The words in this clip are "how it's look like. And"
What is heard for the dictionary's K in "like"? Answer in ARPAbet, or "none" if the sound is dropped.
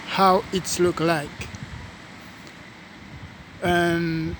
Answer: K